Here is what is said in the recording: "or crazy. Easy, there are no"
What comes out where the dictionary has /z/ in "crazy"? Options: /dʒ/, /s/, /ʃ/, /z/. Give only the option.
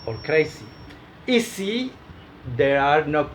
/s/